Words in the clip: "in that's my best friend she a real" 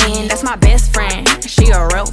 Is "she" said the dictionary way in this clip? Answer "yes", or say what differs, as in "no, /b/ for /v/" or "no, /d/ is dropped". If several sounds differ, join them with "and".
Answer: yes